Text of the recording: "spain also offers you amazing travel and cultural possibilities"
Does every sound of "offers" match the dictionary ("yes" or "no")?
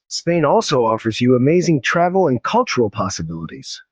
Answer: yes